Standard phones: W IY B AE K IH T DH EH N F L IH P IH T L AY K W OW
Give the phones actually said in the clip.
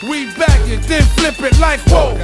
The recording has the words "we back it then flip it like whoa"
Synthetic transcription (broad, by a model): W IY B AE K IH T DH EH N F L IH P IH T L AY K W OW